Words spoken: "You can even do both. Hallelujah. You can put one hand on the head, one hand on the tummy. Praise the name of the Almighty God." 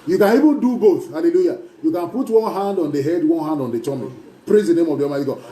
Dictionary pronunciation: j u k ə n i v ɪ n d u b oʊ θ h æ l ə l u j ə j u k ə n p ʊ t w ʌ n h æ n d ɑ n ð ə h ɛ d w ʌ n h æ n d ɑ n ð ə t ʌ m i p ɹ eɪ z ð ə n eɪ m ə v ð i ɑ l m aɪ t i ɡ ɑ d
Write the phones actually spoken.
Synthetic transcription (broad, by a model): j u k ə n i v ɪ n d u b oʊ θ h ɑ l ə l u j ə j u k ə n p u t w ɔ n h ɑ n d ɑ n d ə h ɛ d w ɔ n h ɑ n d ɑ n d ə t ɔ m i p ɹ eɪ z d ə n eɪ m ə v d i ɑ m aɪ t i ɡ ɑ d